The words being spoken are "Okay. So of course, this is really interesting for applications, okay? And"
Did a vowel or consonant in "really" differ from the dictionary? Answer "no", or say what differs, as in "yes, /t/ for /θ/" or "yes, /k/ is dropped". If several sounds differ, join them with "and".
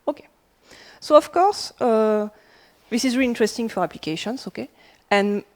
yes, /l/ is dropped